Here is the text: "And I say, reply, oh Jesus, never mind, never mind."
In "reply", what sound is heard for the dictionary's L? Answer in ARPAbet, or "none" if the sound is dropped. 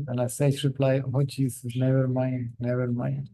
L